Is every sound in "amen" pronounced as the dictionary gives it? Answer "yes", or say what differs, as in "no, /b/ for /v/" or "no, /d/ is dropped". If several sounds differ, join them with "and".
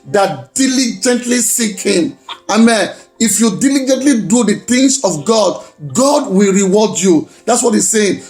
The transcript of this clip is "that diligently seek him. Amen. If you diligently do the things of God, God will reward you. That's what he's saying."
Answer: yes